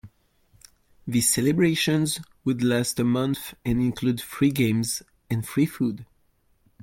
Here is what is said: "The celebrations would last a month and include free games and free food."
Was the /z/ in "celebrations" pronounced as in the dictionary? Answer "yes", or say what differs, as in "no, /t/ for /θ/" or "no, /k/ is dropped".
yes